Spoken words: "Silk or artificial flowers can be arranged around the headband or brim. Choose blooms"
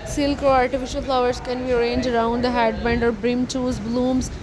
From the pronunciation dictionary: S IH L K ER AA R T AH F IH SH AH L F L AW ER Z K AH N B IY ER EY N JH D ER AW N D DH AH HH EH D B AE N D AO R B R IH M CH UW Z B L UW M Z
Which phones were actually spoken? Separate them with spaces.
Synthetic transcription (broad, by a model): S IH L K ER AA R T AH F IH SH AH L F L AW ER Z K AH N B IY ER EY N JH ER AW N D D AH HH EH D B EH N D AO R B R IH M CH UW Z B L UW M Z